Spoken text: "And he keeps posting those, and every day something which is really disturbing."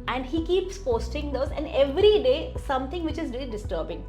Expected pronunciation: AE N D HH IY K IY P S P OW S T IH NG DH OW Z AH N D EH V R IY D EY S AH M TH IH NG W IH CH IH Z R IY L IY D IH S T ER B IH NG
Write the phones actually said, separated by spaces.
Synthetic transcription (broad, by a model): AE N D HH IY K IY P S P OW S T IH NG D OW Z AH N D EH V R IY D EY S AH M T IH NG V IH CH IH Z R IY IY D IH S T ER B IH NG